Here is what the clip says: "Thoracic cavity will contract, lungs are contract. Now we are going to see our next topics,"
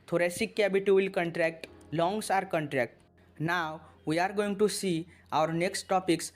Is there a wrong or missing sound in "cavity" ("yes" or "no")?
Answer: yes